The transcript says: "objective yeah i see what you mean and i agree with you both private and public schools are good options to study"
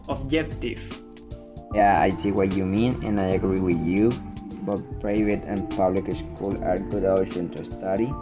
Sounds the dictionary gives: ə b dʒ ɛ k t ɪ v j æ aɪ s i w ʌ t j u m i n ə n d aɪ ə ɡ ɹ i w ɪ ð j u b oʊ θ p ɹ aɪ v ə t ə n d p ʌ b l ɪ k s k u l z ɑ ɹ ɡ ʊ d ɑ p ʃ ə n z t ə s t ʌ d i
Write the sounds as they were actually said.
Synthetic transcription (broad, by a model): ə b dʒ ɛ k t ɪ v j æ aɪ s i w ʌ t j u m i n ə n aɪ ə ɡ ɹ i w ɪ ð j u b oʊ t p ɹ aɪ v ə t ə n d p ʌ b l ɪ k s k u l ɑ ɹ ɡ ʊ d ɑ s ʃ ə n t ə s t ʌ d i